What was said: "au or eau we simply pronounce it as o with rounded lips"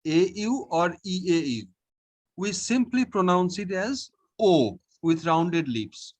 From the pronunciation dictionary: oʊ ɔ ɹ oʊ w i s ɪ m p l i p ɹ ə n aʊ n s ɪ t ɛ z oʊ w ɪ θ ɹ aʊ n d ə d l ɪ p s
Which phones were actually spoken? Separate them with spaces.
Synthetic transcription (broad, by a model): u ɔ ɹ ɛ w i s ɪ m p l i p ɹ ə n aʊ n s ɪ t ɛ z oʊ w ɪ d ɹ aʊ n d ə d l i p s